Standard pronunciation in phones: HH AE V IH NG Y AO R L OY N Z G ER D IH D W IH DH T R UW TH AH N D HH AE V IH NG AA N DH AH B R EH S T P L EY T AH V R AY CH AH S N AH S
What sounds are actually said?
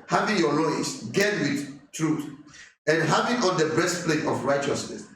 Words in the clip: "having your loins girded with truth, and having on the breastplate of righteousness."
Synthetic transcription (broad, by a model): HH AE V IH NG Y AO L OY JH G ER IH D W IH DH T R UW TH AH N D HH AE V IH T AA N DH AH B EH S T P L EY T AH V R AY CH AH S N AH S